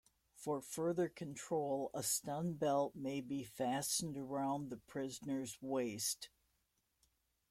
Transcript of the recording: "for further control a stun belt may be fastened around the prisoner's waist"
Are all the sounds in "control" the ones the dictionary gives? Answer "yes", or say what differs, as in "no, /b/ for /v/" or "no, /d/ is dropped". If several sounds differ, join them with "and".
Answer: yes